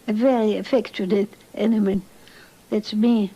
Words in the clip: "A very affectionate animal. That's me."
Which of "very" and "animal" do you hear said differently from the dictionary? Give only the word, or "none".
animal